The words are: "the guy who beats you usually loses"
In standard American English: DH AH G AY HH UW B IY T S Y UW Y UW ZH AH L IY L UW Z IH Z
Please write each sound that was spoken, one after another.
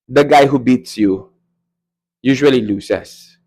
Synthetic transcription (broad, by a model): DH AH G AY HH UW B IY T S Y UW Y UW ZH AH L IY L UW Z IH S